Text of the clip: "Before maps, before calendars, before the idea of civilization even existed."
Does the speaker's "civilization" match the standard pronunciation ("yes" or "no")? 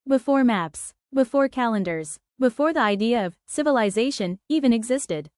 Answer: yes